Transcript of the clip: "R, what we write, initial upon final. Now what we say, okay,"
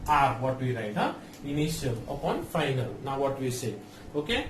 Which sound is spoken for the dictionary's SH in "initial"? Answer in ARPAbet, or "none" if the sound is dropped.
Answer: S